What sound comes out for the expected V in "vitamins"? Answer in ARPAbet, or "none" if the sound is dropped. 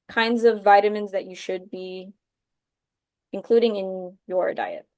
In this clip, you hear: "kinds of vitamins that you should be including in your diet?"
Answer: V